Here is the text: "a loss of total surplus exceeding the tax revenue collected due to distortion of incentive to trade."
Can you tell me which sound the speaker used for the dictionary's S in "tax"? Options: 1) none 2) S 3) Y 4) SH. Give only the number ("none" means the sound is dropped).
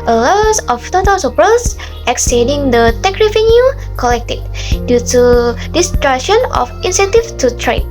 1